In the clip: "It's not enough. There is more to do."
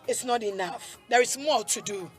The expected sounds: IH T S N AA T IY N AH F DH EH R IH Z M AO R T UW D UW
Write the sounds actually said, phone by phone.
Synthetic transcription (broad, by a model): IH T S N AA T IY N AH F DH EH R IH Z M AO L T UW D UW